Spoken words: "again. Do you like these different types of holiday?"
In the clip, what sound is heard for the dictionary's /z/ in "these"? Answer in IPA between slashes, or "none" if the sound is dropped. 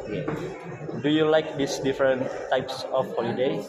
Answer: /s/